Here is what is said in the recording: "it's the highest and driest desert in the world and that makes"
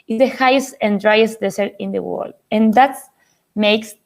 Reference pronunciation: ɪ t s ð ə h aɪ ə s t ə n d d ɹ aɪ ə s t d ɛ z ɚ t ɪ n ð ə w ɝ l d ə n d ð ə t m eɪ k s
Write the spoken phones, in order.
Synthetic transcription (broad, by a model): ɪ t ð ə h aɪ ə s t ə n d d ɹ aɪ ə s t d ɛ s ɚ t ɪ n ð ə w ɝ l d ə n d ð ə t m eɪ k s